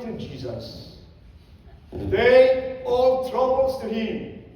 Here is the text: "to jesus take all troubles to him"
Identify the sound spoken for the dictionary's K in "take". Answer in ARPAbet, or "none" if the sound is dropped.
none